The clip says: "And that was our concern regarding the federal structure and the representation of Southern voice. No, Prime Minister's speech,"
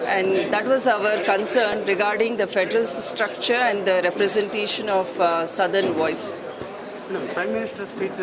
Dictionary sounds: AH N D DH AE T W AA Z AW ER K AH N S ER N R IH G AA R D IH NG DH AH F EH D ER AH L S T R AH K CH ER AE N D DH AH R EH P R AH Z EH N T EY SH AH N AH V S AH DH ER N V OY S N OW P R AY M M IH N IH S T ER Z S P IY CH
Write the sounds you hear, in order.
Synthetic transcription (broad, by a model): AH N D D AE T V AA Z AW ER K AH N S ER N R IH G AA R D IH NG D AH F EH D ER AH L S T R AH K CH ER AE N D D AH R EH P R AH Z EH N T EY SH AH N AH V S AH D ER N V OY S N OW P R AY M M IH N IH S T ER S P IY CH